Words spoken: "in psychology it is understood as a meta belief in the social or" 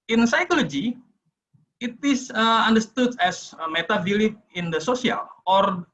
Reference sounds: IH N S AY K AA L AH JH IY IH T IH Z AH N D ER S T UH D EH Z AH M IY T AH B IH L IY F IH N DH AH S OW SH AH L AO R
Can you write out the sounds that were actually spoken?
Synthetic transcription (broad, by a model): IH N S AY K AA L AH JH IY IH T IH S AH N D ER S T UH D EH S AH M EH T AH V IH L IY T IH N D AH S OW S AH L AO R